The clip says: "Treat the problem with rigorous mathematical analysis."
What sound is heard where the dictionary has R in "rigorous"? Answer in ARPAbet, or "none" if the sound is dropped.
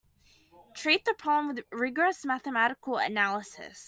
R